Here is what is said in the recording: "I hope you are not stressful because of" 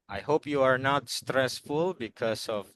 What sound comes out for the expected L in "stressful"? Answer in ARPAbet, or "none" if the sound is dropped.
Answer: L